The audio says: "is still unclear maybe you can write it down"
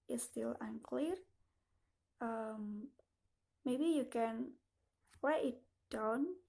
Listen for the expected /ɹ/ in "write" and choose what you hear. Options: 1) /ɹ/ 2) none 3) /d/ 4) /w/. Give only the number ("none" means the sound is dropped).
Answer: 4